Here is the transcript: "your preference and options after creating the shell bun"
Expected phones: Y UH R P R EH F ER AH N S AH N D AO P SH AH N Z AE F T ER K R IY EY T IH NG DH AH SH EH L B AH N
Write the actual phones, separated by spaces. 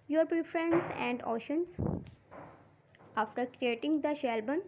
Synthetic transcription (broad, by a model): Y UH R P R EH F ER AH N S AH N D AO SH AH N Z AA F T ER K R IY EY T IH NG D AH SH EH L B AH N